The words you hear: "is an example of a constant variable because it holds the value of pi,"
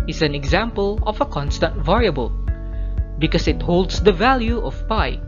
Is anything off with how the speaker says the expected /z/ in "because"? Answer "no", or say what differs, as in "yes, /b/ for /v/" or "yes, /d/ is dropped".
yes, /s/ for /z/